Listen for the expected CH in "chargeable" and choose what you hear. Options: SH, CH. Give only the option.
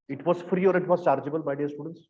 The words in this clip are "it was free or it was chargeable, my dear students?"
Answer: CH